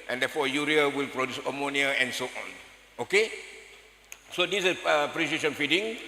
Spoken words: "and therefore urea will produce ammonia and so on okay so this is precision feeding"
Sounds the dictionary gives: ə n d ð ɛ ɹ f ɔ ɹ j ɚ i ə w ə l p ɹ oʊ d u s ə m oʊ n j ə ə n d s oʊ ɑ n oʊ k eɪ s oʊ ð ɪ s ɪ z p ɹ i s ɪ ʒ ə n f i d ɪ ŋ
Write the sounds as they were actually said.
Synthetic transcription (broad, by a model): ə n d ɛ f ɔ j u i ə w ə l p ɹ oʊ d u s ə m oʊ n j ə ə n s oʊ ɑ n oʊ k eɪ s oʊ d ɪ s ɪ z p ɹ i ʃ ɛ ʃ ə n f i d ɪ ŋ